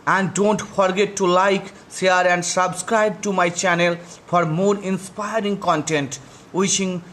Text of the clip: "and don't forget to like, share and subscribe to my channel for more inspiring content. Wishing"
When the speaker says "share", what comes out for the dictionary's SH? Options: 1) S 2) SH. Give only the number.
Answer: 1